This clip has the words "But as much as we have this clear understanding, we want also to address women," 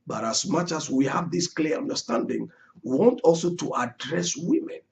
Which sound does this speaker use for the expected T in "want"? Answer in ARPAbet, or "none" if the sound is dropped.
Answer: T